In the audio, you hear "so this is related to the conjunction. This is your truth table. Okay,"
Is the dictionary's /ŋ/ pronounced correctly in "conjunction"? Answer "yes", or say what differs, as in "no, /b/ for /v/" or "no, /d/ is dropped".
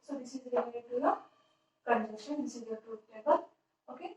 no, /ŋ/ is dropped